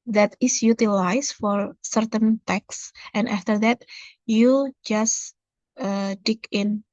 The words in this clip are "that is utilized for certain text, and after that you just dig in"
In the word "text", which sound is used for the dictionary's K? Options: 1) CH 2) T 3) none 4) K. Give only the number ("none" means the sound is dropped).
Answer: 4